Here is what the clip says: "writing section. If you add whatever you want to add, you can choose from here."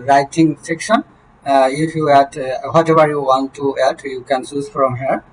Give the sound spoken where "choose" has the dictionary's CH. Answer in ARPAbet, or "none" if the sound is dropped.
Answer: S